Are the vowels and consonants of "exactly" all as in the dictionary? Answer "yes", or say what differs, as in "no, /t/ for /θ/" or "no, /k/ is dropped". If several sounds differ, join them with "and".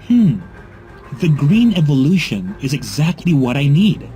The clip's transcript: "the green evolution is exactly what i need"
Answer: yes